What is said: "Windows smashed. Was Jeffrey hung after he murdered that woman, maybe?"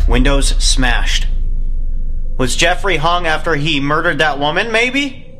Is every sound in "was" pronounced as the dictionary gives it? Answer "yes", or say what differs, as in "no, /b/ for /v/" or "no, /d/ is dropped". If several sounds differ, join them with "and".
yes